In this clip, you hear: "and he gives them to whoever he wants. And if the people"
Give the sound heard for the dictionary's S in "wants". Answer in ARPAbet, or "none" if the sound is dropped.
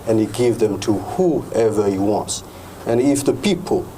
S